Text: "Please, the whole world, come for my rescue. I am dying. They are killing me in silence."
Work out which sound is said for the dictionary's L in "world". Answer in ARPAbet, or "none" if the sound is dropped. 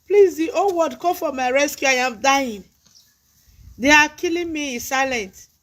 none